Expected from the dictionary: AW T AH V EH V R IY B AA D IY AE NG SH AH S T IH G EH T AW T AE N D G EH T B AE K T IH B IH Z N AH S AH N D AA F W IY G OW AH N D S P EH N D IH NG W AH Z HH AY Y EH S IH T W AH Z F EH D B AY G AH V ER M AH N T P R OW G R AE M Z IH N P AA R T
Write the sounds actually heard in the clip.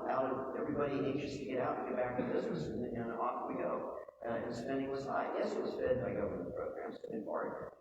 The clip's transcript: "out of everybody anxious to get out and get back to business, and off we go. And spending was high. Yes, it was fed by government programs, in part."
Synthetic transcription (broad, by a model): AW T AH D EH V R IY B AA D IY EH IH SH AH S T IH G EH T AW T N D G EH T B AE K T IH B IH Z N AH S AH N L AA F W IY G OW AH N S P EH N D IH NG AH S AY Y EH S IH T W AH Z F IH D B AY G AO UH AH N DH P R OW G R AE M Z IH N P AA R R